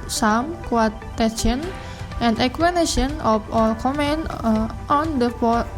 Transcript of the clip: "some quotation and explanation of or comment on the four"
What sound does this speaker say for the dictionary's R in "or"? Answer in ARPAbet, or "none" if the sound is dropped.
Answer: L